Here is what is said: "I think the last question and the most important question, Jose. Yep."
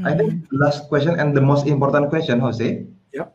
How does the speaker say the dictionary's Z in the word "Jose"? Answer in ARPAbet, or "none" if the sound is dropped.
S